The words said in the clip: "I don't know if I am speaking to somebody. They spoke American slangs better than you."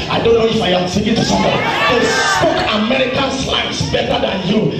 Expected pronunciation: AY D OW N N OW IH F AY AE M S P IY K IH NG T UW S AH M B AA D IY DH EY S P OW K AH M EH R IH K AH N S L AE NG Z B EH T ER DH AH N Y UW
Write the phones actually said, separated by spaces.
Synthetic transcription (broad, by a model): AY D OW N N OW IH F AY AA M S IY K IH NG T UW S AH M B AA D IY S S P OW K AH M EH R IH K AH N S L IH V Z B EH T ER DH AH N Y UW